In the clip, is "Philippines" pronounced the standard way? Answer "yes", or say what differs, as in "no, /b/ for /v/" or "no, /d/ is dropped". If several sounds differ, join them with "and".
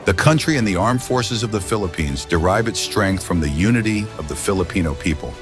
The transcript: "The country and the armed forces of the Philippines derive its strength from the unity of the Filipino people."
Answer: yes